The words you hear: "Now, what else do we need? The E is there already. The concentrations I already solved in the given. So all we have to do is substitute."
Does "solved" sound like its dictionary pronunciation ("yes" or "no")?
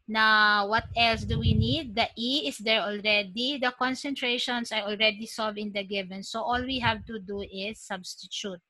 no